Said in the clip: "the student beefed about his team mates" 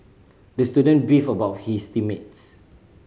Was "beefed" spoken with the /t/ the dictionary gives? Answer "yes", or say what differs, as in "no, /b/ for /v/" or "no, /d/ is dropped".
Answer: no, /t/ is dropped